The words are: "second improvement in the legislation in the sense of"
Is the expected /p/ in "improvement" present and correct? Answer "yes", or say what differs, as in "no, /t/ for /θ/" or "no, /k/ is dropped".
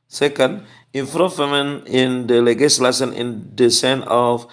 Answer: no, /f/ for /p/